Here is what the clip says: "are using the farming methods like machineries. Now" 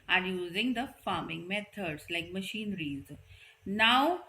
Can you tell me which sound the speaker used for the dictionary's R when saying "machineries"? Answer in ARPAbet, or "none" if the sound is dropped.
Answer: R